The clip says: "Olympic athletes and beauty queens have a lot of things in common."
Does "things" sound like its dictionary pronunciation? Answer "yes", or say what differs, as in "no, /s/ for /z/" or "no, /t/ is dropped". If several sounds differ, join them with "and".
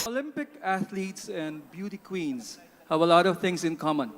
no, /t/ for /θ/